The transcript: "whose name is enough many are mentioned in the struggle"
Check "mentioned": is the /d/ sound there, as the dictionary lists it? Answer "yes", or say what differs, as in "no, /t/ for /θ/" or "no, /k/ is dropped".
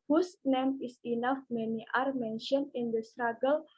no, /d/ is dropped